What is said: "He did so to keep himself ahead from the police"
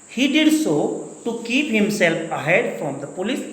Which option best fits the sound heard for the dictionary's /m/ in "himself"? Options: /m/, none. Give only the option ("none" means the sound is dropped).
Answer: /m/